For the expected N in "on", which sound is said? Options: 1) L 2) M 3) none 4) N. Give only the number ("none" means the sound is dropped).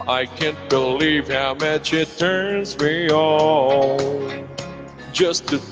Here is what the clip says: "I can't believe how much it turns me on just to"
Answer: 1